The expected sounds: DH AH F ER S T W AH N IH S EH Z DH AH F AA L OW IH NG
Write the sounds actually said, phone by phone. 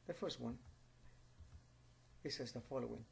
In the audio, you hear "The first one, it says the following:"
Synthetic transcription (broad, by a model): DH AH F ER S T W AH N IH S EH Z DH AH F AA L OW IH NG